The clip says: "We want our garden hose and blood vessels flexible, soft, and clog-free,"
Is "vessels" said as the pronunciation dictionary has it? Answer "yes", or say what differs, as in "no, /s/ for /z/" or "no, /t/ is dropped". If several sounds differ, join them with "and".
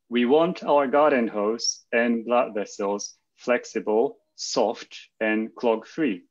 yes